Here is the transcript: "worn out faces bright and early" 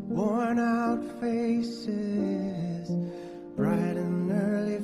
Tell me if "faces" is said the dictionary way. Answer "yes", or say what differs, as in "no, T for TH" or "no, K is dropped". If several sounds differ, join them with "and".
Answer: yes